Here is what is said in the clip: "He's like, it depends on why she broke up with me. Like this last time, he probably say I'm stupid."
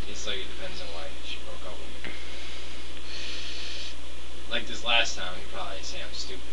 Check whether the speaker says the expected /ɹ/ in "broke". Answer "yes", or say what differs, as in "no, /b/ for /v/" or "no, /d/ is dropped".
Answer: yes